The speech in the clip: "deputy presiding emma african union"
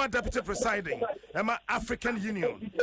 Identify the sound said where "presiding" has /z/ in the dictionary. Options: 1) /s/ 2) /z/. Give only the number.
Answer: 1